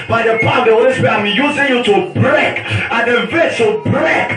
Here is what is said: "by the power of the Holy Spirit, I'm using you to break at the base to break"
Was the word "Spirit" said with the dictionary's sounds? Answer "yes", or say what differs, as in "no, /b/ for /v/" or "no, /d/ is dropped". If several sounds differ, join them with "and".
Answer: no, /ɹ/ is dropped and /t/ is dropped